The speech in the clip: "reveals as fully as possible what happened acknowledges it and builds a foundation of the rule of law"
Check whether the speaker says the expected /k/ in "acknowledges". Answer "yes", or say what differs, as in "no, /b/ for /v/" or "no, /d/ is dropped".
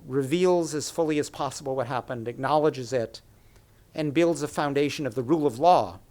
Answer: yes